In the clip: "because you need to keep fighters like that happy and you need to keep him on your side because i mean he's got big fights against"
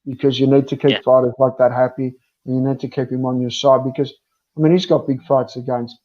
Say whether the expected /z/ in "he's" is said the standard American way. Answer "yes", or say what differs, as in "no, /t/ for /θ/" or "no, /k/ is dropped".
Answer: yes